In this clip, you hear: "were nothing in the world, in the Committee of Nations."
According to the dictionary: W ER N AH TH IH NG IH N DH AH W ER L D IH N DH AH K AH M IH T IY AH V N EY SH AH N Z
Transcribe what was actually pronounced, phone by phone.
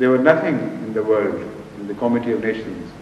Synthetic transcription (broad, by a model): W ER N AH T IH NG IH N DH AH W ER L D IH N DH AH K AH M IH T IY AH V N EY SH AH N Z